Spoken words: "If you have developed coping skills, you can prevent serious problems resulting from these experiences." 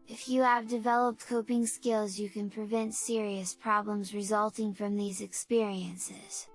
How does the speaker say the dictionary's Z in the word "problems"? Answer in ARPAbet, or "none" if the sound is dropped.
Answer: Z